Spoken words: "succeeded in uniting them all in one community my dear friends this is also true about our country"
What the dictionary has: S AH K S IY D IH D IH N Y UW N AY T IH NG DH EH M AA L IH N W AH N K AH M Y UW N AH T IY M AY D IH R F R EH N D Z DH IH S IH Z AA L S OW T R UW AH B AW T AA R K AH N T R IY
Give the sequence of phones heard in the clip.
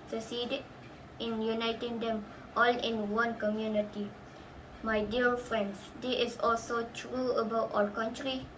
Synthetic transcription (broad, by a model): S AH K S IY D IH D IH N Y UW N AY T IH NG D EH M AA L IH N W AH N K AH M Y UW N AH T IY M AY D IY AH F R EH N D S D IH IH S AA L S OW T R UW AH B AW T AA L K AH N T R IY